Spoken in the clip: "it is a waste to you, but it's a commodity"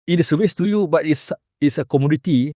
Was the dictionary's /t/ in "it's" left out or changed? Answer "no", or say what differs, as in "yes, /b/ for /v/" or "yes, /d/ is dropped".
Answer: yes, /s/ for /t/